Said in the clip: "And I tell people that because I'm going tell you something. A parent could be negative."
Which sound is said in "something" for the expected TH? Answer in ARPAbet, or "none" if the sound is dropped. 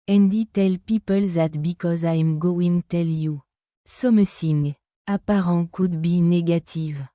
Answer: S